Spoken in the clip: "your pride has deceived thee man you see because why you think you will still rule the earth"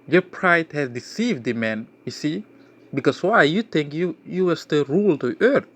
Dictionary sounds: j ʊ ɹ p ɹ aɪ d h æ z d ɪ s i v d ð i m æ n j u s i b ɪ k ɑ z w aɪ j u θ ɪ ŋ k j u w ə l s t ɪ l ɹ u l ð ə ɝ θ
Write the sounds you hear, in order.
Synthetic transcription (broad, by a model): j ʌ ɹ p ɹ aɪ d h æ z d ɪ s i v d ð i m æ n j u s i b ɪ k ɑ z w aɪ j u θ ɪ ŋ k j u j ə w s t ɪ ɹ u l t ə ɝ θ